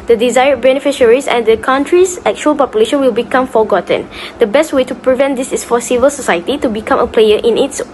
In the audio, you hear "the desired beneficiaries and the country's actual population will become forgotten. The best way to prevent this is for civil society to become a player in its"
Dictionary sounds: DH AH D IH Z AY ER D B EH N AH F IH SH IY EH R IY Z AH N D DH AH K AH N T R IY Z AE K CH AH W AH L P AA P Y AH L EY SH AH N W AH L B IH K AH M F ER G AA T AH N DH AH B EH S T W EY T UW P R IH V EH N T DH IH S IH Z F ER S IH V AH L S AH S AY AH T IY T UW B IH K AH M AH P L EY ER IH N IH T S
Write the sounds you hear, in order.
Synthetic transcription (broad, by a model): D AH D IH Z AY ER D B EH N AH F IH SH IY R IY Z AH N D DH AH K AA N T R IY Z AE K CH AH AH L P AA P Y AH L EY SH AH N W AH L B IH K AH M F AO G AA T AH N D AH B EH S T W EY T UW P R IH V EH N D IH S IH S F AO S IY V AH L S AH S AY AH T IY T UW B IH K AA M AH P L EY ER IH N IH T S